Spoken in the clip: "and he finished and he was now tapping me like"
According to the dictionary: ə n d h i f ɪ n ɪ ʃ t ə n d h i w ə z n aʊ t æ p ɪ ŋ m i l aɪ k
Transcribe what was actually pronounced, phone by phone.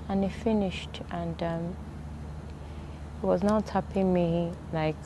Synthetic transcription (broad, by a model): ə n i f ɪ n ɪ ʃ t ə n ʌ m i w ə z n aʊ t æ p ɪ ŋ m i l aɪ k